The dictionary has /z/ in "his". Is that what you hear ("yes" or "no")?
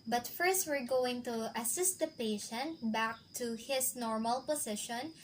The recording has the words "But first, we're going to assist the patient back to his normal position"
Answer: no